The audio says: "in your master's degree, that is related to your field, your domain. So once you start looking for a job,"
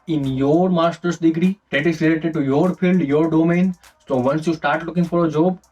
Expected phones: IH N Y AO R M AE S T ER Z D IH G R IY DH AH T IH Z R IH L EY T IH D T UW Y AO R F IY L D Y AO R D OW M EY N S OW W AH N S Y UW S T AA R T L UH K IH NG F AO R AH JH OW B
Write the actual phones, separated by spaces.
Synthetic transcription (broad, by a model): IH N Y AO R M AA S T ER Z D IH G R IY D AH T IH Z L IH L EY T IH D T UW Y AO R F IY L D Y AO R D OW M EY N S OW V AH N S Y UW S T AA R T L UH K IH NG F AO R AH JH OW B